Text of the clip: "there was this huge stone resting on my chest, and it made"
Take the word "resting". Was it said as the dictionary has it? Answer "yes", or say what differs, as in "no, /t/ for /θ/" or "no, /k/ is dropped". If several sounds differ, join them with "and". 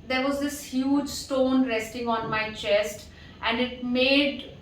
yes